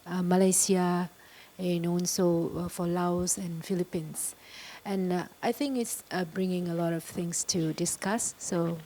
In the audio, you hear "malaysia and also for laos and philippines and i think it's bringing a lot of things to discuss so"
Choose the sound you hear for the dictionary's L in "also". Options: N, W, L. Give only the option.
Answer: N